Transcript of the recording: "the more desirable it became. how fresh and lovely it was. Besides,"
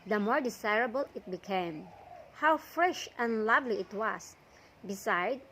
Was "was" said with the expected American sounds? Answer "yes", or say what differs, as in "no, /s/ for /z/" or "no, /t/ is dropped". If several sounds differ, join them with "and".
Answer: no, /s/ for /z/